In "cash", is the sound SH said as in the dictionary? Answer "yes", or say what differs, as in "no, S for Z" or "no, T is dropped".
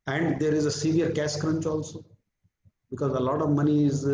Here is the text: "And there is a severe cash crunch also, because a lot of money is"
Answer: no, S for SH